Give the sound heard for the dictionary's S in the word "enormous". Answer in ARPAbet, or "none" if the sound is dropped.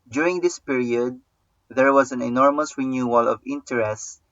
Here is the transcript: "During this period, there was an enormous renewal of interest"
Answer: S